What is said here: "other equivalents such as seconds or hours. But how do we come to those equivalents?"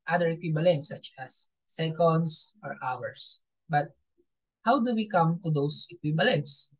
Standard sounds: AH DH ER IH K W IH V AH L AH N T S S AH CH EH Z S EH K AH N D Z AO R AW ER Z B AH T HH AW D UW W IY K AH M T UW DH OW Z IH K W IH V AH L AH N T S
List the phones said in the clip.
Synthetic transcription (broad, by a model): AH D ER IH K W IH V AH L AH N T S S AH CH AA S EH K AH N D S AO R AW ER S B AH T HH AW D UW W IY K AH M T UW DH OW S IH K W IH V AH L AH N T S